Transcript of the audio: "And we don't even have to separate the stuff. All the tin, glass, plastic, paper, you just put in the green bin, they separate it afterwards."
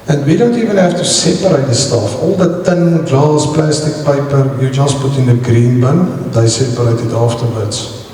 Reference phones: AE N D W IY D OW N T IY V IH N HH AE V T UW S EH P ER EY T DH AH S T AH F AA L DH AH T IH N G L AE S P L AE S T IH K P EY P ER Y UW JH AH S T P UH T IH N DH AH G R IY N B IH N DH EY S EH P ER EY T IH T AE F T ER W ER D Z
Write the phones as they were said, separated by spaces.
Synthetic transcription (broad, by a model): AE N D W IY D OW N T IY V IH N HH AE F T UW S EH P ER EY T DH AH S T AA F AA L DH AH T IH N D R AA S P L AE S T IH K P EY P ER Y UW JH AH S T P UH T IH N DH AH G R IY N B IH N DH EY S EH P ER EY T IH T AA F T ER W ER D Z